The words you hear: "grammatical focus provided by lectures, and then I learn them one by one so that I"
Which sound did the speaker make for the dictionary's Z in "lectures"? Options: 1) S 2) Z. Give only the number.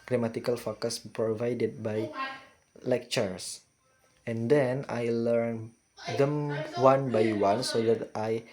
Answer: 1